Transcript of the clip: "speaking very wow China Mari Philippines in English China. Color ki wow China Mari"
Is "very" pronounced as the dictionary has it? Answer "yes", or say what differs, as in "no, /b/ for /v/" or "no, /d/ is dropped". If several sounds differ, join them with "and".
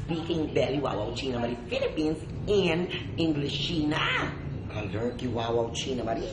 no, /b/ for /v/ and /l/ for /ɹ/